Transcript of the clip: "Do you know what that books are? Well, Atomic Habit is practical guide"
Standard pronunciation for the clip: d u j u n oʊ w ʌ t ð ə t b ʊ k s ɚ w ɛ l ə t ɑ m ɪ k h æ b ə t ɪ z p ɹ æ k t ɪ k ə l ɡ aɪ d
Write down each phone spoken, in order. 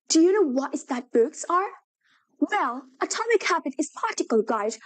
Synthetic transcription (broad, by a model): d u j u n oʊ w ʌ t ð ə t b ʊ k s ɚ w ɛ l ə t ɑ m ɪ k h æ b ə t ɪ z p ɑ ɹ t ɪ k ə l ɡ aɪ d